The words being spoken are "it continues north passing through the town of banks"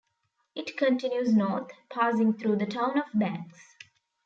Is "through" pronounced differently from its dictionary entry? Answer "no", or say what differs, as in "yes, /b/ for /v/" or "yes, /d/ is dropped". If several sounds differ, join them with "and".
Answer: yes, /t/ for /θ/